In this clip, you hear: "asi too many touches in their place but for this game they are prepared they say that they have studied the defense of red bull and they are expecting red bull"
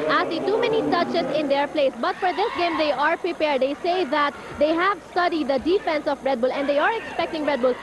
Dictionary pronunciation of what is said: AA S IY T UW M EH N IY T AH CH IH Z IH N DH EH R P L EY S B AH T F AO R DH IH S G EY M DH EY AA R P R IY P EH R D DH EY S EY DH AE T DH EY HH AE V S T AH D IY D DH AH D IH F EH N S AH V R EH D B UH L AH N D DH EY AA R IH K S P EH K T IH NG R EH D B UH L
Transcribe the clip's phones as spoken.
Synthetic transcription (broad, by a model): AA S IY T UW M EH N IY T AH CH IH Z IH N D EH R P L EY S B AH T F AO R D IH S G EY M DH EY AA R P R IY P EH R D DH EY S EY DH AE T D EY HH AE V S T AH D IY D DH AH D IH F EH N S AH B R EH D B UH L AH N D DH EY AA R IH K S P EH K T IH NG R EH D B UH L